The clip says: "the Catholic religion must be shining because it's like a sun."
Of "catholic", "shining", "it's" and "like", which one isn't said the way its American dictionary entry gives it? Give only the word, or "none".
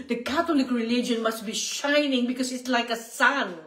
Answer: catholic